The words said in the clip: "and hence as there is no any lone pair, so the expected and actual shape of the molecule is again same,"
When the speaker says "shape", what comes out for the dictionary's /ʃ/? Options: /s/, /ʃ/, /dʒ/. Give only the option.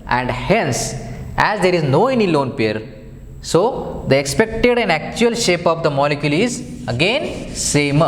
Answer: /ʃ/